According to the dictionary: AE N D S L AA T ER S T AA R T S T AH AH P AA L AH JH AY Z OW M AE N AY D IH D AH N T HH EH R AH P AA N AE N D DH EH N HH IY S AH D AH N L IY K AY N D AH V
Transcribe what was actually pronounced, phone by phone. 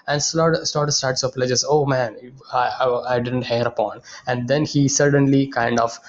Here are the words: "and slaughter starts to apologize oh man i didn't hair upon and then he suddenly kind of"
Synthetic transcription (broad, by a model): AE N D S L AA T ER S T AA R T S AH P L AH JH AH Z OW M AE N AY D IH D AH N T HH EH R AH P AA N AE N D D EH N HH IY S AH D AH N L IY K AY N D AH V